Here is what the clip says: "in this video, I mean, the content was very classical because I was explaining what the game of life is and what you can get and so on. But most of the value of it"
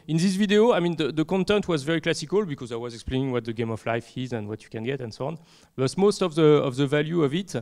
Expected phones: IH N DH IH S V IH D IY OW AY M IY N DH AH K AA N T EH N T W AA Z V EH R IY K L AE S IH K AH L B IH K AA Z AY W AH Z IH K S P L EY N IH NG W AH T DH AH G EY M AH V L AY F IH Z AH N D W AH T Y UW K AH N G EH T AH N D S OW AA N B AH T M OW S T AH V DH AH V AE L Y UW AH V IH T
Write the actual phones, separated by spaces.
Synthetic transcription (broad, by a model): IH N DH IH S V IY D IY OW AY M IY N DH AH K AA N T EH N T W AA Z V EH R IY K L AE S IH K AH L B IH K AA Z AY W AH Z IH K S P L EY N IH NG W AH T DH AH G EY M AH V L AY F IH Z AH N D W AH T Y UW K AH N G EH T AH N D S OW AA N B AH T M OW S T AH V DH AH V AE L Y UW AH V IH T